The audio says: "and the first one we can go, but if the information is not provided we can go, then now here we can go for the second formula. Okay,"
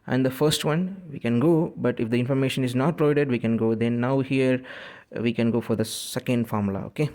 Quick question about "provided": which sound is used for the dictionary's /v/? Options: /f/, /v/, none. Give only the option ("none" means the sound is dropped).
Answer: none